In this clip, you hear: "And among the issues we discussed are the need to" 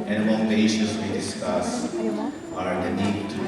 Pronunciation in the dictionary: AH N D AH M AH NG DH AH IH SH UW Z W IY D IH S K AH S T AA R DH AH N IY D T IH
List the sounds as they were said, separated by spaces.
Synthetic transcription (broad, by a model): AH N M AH UH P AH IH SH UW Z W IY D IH S K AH S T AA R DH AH N IY D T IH